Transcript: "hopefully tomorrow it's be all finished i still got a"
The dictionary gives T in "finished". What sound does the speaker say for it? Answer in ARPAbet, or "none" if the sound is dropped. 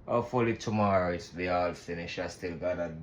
none